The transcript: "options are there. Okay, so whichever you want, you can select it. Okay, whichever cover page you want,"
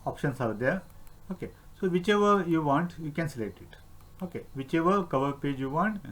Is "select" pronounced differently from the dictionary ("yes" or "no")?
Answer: no